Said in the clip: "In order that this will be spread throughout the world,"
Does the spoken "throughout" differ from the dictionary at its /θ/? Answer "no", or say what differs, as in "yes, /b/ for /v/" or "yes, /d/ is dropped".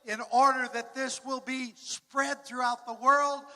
no